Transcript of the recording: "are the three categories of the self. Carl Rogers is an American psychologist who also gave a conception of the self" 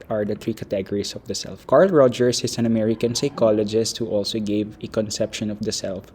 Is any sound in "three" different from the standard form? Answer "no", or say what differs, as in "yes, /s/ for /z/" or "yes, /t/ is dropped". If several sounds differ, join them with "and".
yes, /t/ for /θ/